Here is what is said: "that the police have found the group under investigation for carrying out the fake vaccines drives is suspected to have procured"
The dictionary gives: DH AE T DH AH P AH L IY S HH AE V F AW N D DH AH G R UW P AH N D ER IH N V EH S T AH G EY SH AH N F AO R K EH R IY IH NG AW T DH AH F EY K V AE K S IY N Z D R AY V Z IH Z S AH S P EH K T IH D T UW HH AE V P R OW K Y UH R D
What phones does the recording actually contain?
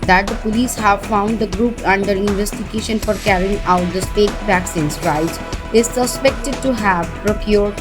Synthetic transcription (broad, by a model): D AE T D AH P AH L IY S HH AE V F AW N D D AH G R UW P AH N D ER IH N V EH S T AH G EY SH AH N F AO R K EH R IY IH NG AW T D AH P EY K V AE K S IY N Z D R AY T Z IH Z S AH S P EH K T IH D T UW HH AE V P R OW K Y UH R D